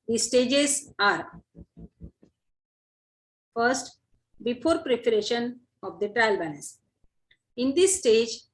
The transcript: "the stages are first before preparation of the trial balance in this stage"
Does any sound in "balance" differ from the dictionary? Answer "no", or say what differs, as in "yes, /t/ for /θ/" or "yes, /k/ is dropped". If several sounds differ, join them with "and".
yes, /n/ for /l/ and /n/ is dropped